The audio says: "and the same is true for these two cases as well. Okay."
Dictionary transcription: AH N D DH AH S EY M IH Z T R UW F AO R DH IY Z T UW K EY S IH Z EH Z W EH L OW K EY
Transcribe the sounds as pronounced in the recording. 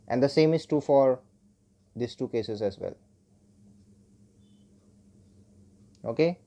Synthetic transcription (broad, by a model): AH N D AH S EY M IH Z T UW F AO R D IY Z T UW K EY S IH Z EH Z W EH L OW K EY